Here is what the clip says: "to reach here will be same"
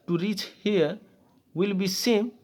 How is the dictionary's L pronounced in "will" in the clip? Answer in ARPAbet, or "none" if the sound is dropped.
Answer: L